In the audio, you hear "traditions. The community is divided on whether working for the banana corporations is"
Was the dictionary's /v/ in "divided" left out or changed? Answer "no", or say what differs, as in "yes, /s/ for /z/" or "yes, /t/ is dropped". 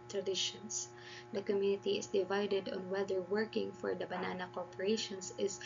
no